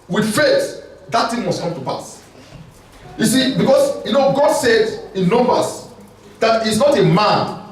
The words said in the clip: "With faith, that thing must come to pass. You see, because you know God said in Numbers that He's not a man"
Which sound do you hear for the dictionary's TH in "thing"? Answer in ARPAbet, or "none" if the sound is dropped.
T